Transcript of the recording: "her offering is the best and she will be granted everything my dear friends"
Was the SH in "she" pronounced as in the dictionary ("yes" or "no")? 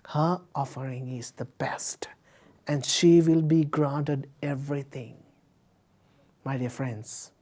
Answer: yes